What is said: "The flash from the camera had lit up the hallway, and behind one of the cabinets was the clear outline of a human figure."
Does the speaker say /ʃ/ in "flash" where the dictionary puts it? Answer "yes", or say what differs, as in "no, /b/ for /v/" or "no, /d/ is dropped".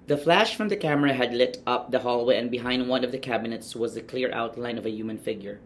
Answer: yes